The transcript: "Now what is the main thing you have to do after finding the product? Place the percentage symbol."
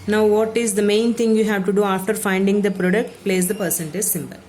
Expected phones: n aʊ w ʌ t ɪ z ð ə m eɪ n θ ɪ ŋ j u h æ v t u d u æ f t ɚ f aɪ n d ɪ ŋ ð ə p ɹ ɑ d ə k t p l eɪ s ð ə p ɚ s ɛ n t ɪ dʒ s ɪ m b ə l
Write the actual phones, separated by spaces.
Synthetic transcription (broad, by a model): n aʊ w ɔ t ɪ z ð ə m eɪ n t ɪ ŋ j u h æ v t u d u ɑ f t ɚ f aɪ n d ɪ ŋ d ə p ɹ ɑ d ə k t p l eɪ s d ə p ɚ s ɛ n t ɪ z s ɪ m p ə l